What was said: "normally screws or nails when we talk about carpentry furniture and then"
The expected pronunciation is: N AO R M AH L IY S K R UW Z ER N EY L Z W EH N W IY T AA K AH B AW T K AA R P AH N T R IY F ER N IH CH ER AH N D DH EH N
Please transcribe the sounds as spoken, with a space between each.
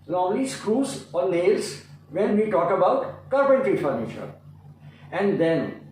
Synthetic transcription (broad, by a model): N AO R M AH L IY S K R UW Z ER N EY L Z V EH N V IY T AA K AH B AW T K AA R B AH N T IY F ER N IH CH ER AH N D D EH N